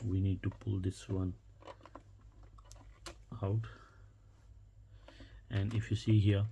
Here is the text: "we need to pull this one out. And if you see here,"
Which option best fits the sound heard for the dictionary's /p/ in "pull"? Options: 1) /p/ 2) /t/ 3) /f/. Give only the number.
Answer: 1